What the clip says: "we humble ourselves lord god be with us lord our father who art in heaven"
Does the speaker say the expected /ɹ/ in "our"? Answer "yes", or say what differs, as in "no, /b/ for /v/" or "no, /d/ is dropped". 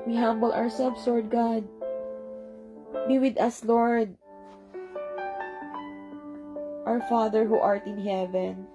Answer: yes